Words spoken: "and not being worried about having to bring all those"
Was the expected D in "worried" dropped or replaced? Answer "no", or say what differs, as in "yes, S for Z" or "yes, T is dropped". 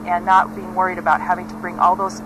no